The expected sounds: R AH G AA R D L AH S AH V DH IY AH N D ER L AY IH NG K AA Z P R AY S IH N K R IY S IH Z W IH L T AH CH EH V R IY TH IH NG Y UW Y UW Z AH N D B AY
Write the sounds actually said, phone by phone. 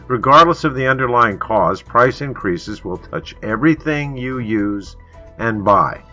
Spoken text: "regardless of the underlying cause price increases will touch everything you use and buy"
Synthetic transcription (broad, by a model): R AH G AA R D L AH S AH V DH IY AH N D ER L AY IH NG K AA Z P R AY S IH N K R IY S IH Z W IH L T AH CH EH V R IY TH IH NG Y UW Y UW Z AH N B AY